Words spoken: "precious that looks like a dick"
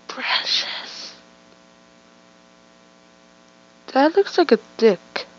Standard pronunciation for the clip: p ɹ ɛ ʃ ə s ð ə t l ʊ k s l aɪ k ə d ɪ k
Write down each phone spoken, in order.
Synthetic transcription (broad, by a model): p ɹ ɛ ʃ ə s ð ə t l ʊ k s l aɪ k ə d ɪ k